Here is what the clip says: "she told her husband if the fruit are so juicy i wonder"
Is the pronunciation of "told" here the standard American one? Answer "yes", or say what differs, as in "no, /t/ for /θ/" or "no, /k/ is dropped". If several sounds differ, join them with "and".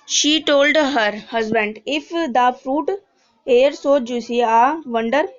yes